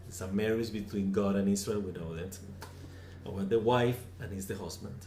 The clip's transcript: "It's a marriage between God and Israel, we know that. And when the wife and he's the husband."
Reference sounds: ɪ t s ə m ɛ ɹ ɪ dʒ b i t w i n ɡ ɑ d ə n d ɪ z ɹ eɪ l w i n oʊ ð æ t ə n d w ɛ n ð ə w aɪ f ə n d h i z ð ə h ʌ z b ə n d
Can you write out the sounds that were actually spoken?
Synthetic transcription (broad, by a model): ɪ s ə m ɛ ɹ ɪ z b i t w i n ɡ ɑ d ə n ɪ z ɹ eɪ l w i n oʊ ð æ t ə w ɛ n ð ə w aɪ f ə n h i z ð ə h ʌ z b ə n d